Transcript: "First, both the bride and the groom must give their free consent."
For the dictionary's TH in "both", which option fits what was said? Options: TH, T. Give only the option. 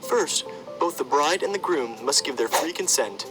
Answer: TH